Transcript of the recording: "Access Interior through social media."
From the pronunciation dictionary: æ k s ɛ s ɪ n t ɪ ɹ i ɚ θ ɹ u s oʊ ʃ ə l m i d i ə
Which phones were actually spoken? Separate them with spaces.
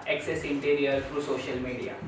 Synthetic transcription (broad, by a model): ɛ k s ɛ s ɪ n t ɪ ɹ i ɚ f ɹ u s oʊ ʃ ə l m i d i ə